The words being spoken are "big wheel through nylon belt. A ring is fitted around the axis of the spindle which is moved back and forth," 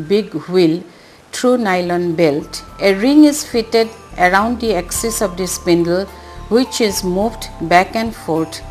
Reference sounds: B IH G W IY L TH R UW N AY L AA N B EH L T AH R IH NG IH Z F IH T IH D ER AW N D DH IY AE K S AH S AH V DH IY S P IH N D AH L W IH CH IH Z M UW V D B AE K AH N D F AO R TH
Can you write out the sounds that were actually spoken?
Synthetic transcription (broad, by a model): B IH G W IY L T R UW N AY L AA N B EH L T AH R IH NG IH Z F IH T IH D ER AW N D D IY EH K S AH S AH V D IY S P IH N D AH L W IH CH IH Z M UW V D B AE K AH N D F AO R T